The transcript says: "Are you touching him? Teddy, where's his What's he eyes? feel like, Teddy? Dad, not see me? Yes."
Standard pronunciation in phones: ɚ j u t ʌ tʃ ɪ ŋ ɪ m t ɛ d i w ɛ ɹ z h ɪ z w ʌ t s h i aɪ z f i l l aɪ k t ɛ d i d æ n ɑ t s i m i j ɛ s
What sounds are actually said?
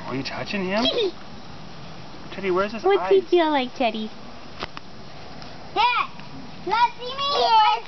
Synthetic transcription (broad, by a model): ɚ j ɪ t ʌ tʃ ɪ ŋ ɪ m t ɛ d i w ɛ ɹ z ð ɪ s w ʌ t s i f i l l aɪ k t ɛ d i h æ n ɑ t s i m i